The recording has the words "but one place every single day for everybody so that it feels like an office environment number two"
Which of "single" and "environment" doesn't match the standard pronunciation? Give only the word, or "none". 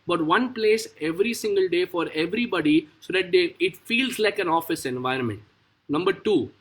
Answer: none